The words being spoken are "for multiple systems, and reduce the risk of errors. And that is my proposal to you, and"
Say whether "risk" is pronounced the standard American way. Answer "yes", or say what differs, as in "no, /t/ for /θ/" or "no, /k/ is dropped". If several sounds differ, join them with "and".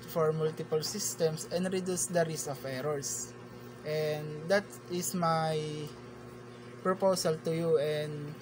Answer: no, /k/ is dropped